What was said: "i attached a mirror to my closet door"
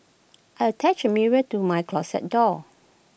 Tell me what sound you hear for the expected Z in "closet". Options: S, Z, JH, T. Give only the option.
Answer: S